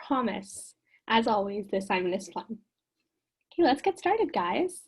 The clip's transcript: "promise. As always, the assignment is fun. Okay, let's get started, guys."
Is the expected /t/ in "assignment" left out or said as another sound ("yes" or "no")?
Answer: yes